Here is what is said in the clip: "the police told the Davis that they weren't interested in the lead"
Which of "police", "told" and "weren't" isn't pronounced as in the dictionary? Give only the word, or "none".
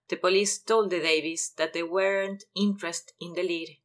none